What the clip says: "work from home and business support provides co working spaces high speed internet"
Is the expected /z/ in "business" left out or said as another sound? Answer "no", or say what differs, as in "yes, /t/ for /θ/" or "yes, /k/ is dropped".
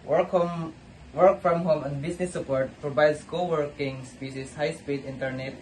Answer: yes, /s/ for /z/